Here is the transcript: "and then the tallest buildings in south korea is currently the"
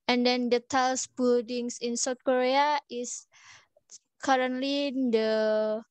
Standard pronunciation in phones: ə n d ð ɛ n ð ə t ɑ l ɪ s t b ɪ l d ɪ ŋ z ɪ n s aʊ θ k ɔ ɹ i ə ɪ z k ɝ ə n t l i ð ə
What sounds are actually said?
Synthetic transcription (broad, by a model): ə n d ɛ n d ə t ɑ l s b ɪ l d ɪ ŋ s ɪ n s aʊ t k ɔ ɹ i ə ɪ s k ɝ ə n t l i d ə